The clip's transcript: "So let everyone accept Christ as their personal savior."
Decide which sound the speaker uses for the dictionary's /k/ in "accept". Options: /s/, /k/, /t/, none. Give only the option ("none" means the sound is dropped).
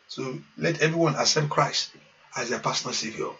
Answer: none